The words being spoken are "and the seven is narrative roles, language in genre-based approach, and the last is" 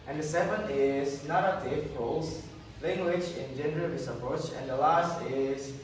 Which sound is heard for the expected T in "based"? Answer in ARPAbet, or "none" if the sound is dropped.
none